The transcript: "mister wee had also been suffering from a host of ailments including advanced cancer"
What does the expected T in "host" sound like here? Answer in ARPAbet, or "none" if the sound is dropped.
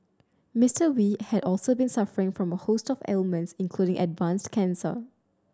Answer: T